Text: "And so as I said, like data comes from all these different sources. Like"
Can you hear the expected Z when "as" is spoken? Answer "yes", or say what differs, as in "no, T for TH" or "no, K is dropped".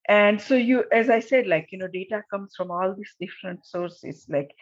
yes